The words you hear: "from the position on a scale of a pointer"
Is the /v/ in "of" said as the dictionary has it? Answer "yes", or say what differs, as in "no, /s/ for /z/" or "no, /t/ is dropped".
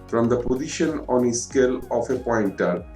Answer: no, /f/ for /v/